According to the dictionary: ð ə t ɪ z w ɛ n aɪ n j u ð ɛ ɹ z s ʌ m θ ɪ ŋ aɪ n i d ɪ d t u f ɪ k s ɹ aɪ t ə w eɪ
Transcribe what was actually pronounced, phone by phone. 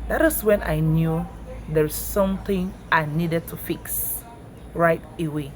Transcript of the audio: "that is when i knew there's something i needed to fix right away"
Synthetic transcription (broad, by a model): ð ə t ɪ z w ɛ n aɪ n j u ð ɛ ɹ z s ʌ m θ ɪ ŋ aɪ n i d ɪ d t u f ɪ k s ɹ aɪ t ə w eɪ